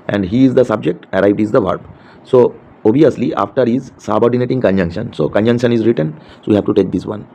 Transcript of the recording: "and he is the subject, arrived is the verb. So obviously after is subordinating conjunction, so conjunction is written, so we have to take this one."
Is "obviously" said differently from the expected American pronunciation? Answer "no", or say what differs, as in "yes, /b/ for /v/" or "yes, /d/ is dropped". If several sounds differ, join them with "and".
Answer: yes, /v/ is dropped